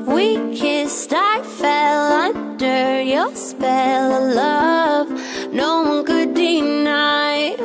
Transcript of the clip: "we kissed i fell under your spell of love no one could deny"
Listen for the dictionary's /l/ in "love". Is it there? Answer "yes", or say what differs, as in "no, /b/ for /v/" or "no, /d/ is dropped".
yes